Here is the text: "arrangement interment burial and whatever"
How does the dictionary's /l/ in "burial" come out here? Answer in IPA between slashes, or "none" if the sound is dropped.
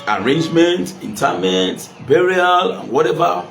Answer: /l/